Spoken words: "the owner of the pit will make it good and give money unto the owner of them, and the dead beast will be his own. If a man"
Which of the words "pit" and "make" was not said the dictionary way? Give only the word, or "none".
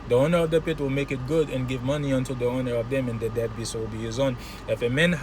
none